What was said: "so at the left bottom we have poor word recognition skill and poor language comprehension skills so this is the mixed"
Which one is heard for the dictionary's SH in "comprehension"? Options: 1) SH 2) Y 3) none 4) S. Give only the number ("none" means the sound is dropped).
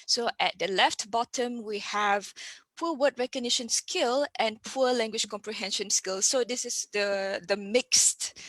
1